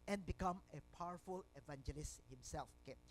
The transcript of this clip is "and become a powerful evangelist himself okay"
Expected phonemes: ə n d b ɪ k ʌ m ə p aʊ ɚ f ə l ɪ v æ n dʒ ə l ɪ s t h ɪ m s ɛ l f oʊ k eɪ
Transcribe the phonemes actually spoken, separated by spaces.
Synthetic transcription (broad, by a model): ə n b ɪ k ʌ m ə p aʊ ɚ f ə l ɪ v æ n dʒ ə l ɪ s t h ɪ m s ɛ l f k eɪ